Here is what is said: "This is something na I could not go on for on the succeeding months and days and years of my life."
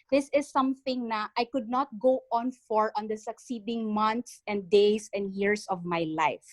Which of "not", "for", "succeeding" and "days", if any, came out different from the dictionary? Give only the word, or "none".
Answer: days